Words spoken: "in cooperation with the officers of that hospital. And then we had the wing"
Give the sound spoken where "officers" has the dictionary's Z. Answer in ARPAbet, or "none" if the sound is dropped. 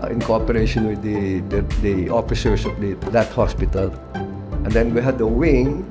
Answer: S